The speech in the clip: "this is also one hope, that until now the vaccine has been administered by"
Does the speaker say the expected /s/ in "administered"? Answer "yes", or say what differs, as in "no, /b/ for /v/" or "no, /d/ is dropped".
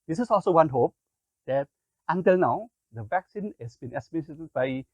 no, /s/ is dropped